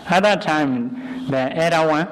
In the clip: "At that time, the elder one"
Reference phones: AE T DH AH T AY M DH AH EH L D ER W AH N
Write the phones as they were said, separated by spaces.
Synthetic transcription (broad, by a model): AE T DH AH T AY M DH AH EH D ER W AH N